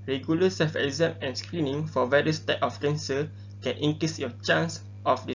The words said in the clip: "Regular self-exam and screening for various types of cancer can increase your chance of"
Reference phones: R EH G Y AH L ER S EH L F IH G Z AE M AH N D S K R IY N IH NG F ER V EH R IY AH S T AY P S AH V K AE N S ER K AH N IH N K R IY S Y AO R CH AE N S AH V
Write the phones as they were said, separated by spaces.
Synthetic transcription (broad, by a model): R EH G Y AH L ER S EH F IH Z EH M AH N S K R IY N IH NG F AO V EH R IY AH S T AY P AH F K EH N S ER K AH N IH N K R IY S Y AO CH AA N S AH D